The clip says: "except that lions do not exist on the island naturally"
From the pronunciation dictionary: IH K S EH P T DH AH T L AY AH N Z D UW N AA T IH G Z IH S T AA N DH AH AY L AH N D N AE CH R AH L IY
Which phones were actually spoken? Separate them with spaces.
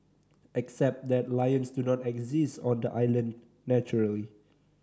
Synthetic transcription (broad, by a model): IH K S EH P T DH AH T L AY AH N S D UW N AA T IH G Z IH S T AA N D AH AY L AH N N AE CH R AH L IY